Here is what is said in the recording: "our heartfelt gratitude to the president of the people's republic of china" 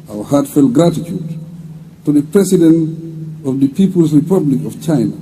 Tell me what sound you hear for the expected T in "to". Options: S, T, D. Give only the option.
T